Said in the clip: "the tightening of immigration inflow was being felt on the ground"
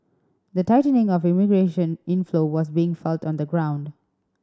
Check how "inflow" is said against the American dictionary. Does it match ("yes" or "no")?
yes